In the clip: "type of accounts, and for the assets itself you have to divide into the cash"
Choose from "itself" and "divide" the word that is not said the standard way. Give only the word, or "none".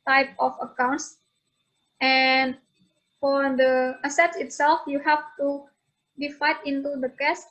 divide